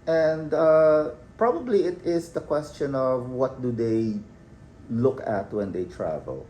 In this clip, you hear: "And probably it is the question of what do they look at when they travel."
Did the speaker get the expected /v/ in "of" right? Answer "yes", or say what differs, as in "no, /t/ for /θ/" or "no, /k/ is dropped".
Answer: yes